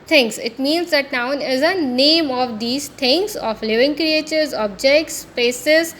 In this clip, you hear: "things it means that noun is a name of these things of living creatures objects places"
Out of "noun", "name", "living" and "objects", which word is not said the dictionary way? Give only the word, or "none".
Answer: none